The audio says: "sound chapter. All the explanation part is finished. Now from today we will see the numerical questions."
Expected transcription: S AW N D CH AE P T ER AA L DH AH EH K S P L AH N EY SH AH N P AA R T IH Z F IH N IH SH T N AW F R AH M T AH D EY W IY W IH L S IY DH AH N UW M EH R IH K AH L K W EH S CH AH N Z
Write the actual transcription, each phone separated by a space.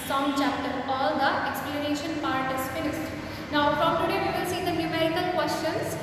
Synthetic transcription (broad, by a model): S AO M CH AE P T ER AA L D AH EH K S P L AH N EY SH AH N P AA R T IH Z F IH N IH S T N AW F R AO M T AH D EY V IY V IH L S IY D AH N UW M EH R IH K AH L K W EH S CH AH N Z